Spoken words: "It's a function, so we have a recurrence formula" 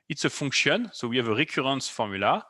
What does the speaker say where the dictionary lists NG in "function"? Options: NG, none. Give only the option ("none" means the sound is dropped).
none